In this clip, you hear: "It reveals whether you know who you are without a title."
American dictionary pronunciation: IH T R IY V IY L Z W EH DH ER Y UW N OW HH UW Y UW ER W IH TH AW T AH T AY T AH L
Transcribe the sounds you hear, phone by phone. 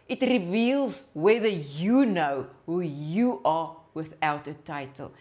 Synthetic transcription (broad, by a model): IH T R IY V IY L Z W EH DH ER Y UW N OW HH UW Y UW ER W IH TH AW T AH T AY T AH L